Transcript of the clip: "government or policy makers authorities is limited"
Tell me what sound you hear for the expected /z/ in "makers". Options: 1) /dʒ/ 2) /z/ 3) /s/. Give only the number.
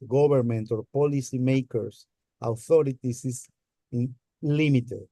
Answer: 3